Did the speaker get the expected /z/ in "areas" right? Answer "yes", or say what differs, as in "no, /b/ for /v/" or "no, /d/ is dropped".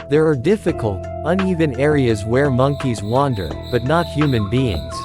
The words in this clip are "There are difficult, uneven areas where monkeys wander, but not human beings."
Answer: yes